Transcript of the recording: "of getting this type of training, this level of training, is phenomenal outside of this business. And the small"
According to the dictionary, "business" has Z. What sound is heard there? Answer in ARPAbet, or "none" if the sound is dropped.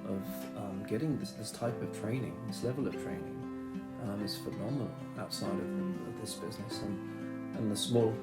Z